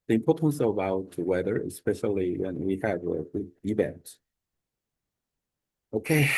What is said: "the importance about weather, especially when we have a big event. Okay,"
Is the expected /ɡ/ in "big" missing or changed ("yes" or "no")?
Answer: yes